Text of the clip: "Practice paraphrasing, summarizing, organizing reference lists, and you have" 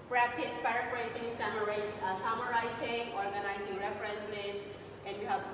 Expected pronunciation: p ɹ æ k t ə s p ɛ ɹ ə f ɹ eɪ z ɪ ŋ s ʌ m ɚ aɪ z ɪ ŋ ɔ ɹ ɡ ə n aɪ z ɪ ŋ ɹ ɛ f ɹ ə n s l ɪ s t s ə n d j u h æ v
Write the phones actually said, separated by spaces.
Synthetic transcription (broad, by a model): p ɹ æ k t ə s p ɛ ɹ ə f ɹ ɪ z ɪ ŋ s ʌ m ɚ aɪ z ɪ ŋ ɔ ɹ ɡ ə n aɪ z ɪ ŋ ɹ ɛ f ɹ ə n s n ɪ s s ə n d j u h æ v